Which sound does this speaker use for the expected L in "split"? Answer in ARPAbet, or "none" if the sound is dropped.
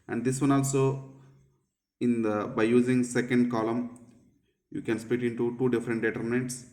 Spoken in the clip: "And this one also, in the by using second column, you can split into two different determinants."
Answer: none